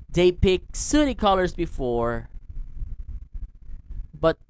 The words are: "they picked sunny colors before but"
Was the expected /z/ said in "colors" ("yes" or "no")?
yes